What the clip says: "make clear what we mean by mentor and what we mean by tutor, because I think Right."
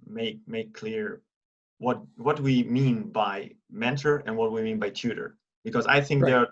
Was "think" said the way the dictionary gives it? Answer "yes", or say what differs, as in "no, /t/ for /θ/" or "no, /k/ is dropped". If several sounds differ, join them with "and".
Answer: yes